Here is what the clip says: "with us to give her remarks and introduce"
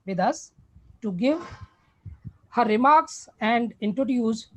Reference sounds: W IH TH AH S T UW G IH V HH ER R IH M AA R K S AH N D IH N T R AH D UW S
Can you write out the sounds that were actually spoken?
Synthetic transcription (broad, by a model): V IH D AH S T UW G IH V HH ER R IH M AA R K S AH N D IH N T R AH D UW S